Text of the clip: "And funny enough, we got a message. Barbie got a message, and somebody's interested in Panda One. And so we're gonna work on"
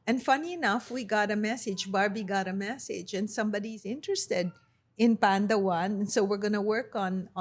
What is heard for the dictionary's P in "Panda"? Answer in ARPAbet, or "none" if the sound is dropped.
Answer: P